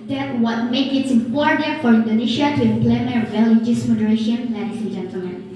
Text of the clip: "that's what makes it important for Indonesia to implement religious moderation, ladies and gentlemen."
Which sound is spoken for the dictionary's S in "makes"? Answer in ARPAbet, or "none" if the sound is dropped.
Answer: none